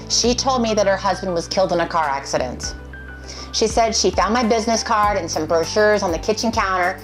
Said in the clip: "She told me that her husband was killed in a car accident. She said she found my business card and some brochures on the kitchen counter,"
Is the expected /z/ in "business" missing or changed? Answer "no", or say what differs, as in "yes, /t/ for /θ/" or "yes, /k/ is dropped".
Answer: no